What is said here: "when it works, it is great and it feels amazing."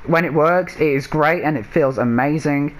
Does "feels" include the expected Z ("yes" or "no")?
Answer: yes